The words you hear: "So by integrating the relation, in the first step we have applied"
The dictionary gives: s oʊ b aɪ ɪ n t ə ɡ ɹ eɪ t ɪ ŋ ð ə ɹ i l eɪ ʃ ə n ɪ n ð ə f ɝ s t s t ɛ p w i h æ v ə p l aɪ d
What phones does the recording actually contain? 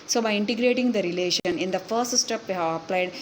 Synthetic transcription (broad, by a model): s oʊ b aɪ ɪ n t ə ɡ ɹ eɪ t ɪ ŋ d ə ɹ i l eɪ ʃ ə n ɪ n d ə f ɝ s t s t ɛ p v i h æ v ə p l aɪ d